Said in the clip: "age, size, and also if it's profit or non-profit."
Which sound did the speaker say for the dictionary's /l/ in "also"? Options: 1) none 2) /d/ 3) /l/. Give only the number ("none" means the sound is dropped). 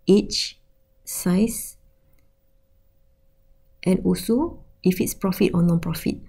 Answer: 1